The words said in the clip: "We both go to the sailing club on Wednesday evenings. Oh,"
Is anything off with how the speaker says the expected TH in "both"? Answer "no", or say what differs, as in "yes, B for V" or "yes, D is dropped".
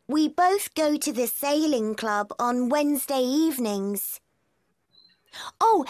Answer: no